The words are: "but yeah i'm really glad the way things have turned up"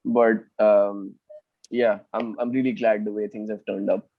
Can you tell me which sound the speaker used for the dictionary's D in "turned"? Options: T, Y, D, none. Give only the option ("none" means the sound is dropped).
D